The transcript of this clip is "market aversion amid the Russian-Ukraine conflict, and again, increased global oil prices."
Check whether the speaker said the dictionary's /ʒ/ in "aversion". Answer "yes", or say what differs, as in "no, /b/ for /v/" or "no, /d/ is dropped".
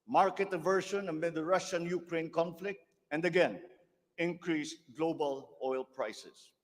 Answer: no, /ʃ/ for /ʒ/